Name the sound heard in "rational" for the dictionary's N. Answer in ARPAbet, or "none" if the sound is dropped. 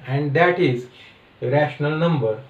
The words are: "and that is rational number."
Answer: N